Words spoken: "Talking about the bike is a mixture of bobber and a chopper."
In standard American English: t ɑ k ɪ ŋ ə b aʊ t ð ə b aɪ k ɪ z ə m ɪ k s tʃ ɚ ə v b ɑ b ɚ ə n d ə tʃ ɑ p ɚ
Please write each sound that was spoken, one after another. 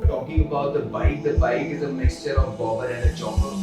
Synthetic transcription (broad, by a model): t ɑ k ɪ ŋ ə b aʊ t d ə b aɪ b ɪ z ə m ɪ k s tʃ ɚ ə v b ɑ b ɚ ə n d ə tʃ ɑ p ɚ